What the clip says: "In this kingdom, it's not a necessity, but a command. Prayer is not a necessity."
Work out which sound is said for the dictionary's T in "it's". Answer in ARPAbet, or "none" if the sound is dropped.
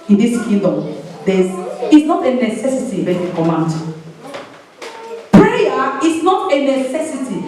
S